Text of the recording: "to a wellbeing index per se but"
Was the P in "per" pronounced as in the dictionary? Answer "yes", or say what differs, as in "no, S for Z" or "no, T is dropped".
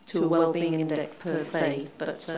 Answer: yes